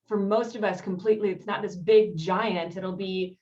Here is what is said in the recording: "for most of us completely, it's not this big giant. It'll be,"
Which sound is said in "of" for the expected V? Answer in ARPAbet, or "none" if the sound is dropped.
V